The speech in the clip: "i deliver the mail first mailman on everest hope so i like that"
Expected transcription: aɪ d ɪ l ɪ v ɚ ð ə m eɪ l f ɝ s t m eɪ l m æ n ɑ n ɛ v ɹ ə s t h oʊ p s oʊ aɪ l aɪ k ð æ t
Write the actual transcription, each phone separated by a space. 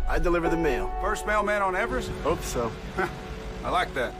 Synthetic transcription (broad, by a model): aɪ d ɪ l ɪ v ɚ ð ə m eɪ l f ɝ s t m eɪ l m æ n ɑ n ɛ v ɹ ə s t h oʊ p s oʊ aɪ l aɪ k ð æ t